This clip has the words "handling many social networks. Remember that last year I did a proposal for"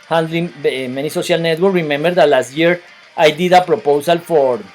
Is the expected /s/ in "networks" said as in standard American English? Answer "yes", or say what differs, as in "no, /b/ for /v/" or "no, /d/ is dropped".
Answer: no, /s/ is dropped